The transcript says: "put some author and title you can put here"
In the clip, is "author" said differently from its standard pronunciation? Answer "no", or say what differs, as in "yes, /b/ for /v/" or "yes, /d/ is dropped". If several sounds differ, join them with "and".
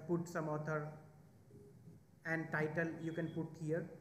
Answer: yes, /t/ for /θ/